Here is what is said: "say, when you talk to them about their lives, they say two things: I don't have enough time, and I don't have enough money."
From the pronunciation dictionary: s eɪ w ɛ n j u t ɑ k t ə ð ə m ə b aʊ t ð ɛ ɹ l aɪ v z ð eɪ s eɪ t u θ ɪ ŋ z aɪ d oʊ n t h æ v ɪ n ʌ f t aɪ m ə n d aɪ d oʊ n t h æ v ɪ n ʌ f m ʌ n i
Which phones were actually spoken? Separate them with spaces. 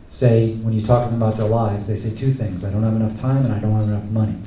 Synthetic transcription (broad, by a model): s eɪ w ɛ n j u t ɑ k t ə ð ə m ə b aʊ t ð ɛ ɹ l aɪ v z ð eɪ s eɪ t u θ ɪ ŋ z aɪ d oʊ n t h æ v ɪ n ʌ f t aɪ m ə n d aɪ d oʊ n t h æ v ɪ n ʌ f m ʌ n i